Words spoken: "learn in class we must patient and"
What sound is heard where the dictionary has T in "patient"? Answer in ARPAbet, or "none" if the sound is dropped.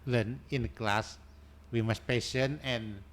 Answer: none